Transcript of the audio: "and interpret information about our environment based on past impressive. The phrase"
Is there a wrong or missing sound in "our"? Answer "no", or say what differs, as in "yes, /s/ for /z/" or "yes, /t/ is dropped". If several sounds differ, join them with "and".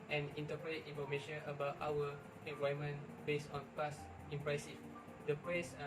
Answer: yes, /w/ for /ɹ/